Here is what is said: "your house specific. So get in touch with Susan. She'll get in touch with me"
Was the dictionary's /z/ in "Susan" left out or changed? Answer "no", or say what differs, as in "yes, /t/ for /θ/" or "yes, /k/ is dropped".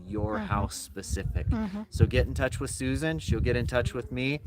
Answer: no